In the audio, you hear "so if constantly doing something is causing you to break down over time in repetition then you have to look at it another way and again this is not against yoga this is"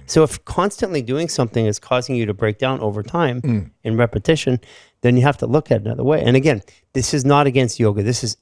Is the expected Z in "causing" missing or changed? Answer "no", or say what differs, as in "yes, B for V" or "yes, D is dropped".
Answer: no